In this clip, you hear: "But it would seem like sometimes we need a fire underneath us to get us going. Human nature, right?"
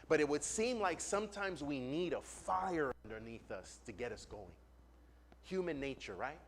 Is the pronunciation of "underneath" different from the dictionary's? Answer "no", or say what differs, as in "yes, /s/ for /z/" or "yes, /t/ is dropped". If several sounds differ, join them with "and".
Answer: no